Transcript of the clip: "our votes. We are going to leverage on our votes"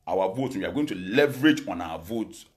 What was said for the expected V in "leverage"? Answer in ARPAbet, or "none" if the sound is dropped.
V